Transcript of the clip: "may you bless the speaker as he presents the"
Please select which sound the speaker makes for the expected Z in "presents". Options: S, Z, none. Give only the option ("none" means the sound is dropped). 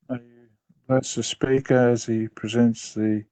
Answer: Z